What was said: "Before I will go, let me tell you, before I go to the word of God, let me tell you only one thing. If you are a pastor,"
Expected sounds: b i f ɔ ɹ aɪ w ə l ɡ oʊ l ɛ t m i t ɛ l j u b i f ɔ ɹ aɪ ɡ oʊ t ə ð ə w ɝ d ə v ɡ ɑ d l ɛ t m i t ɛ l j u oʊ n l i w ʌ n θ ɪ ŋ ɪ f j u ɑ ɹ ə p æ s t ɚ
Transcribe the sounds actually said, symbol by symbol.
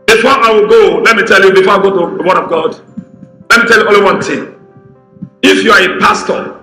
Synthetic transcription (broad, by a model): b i f ɔ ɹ aɪ w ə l ɡ oʊ l ɛ t m i t ɛ l j u b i f ɔ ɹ aɪ ɡ oʊ t ə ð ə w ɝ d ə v ɡ ɑ d l ɛ t m i t ɛ l j u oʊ l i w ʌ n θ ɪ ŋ ɪ f j u ɑ ɹ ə p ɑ s t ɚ